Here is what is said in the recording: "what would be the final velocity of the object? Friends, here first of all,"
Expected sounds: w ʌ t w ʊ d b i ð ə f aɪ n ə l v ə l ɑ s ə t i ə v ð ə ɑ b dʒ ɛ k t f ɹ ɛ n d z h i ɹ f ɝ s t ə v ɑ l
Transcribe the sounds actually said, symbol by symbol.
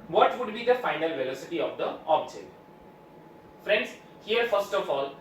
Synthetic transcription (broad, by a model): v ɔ t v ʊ d b i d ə f aɪ n ə l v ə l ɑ s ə t i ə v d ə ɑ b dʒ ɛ t f ɹ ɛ n d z h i ɹ f ɝ s t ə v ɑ l